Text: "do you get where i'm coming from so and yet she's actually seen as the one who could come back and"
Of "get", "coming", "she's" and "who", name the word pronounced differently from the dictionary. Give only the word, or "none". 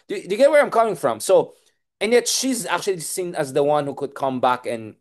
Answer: none